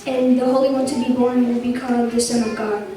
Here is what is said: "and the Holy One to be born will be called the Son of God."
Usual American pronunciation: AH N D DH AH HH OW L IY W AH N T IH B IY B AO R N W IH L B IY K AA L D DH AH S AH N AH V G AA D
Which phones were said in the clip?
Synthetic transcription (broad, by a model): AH N DH AH HH OW L IY W AH N T IH B IY B AO R N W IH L B IY K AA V DH AH S AH N AH V G AA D